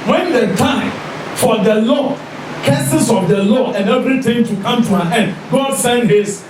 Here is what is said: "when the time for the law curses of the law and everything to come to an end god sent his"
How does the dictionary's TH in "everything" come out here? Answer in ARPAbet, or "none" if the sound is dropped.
T